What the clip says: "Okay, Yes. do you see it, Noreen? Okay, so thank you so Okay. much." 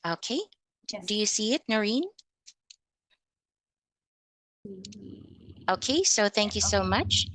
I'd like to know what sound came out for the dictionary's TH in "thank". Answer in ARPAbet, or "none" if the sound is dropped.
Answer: TH